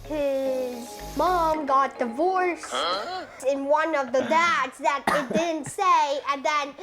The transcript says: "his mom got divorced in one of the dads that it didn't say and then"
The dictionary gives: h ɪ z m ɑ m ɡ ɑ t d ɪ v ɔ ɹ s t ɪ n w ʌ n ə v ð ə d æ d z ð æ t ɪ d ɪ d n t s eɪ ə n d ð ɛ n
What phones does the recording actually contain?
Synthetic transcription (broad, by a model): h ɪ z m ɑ m ɡ ɑ t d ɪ v ɔ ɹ s ɪ n w ʌ n ə v ð ə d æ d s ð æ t ɪ d ɪ d n t s eɪ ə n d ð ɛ n